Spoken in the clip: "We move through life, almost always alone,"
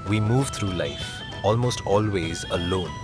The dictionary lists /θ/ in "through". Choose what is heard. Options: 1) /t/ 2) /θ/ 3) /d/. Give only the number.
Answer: 1